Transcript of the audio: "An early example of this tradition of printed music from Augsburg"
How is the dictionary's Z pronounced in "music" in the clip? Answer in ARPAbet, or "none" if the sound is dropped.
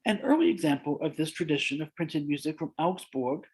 Z